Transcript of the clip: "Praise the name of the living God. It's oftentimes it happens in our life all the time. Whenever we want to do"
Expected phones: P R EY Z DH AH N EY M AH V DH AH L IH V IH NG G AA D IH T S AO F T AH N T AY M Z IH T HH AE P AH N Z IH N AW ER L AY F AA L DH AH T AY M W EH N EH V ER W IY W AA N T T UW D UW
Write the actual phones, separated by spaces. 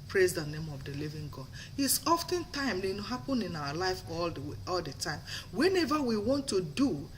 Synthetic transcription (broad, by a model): P R EY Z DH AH N EY M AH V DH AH L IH V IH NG G AA D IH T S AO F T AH N T AY M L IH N HH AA P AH N IH N AW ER L AY F AA L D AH T AY M W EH N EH V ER W IY W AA N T T UW D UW